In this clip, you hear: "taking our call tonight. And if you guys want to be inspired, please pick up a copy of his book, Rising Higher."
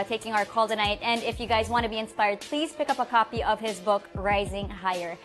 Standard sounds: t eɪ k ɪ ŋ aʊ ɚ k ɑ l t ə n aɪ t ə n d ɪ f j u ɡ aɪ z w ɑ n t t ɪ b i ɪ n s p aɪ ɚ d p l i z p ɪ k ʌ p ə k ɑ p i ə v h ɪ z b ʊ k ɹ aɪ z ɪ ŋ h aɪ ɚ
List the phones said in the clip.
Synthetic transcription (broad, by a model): t eɪ k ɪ ŋ aʊ ɚ k ɑ l t ə n aɪ t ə n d ɪ f j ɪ ɡ aɪ z w ɑ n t t ɪ b i ɪ n s p aɪ ɚ d p l i z p ɪ k ʌ p ə k ɑ p i ə v ɪ z b ʊ k ɹ aɪ z ɪ ŋ h aɪ ɚ